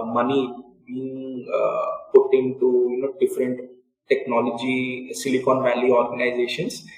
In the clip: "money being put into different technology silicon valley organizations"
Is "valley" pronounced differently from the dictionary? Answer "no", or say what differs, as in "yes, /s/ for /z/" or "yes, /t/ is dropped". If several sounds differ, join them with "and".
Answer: no